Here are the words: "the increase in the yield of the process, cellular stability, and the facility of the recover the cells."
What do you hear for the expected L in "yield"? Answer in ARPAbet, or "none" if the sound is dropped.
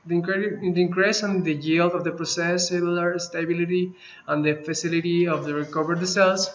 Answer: L